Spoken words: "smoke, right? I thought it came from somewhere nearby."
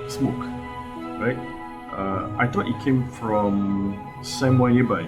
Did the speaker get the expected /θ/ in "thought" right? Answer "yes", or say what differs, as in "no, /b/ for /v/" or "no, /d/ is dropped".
no, /t/ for /θ/